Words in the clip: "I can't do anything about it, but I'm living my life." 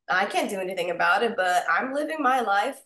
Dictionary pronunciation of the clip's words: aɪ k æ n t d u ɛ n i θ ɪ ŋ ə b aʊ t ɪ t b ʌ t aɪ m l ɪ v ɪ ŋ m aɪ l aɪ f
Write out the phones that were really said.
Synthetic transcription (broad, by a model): aɪ k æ n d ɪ ɛ n i θ ɪ ŋ ə b aʊ t ɪ t b ʌ t aɪ m l ɪ v ɪ ŋ m aɪ l aɪ f